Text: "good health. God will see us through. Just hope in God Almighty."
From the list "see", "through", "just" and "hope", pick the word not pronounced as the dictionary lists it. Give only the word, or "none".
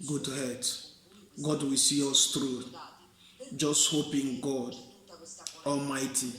through